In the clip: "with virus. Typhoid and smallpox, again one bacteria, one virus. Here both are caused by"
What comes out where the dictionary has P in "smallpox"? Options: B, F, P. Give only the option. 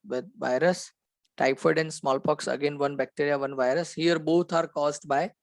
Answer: P